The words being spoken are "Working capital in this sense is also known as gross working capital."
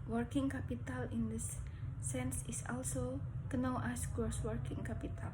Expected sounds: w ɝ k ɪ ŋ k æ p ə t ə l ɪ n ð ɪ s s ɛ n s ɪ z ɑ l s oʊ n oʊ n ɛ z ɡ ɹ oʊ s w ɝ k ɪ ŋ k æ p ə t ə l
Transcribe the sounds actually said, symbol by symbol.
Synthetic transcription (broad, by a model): w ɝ k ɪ ŋ k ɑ p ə t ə l ɪ n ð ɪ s s ɛ n s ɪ s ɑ l s oʊ n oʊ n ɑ s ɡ oʊ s w ɝ k ɪ ŋ k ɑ p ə t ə l